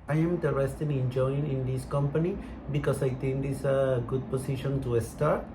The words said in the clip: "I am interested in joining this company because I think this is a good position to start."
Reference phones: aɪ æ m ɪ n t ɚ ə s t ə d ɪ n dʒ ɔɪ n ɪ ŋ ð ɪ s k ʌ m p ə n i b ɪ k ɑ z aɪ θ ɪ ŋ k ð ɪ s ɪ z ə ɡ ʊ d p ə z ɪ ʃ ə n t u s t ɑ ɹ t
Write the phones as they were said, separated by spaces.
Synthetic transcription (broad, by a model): aɪ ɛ m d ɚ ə s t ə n ɪ n dʒ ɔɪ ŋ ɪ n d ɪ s k ʌ m p ə n i b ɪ k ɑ s aɪ t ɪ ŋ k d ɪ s ə ɡ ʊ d p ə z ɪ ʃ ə n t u s t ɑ ɹ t